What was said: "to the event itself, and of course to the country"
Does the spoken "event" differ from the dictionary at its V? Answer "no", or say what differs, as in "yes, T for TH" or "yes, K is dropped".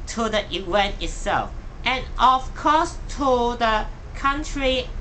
yes, W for V